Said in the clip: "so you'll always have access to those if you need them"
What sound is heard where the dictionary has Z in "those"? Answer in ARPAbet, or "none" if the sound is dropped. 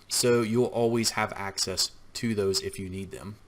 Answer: Z